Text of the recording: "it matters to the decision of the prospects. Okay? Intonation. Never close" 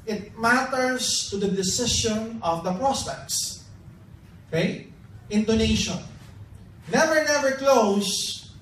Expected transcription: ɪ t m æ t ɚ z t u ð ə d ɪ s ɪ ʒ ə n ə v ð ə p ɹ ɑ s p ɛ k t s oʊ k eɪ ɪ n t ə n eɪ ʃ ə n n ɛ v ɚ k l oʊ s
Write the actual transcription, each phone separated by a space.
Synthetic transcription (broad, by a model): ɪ t m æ t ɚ s t u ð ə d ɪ s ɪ ʃ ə n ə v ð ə p ɹ ɑ s p ɛ k t s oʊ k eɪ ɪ n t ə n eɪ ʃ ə n n ɛ v ɚ k l oʊ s